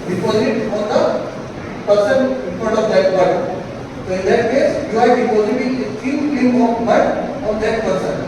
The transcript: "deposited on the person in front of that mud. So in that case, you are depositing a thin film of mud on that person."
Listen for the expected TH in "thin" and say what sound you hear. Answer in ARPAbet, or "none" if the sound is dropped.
T